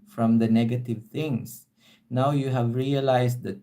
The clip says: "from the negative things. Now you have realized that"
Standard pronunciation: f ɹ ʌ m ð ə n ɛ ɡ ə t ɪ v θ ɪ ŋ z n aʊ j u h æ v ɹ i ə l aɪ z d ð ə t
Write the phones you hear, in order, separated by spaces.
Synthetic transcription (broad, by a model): f ɹ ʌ m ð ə n ɛ ɡ ə t ɪ v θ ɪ ŋ s n aʊ j u h æ v ɹ i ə l aɪ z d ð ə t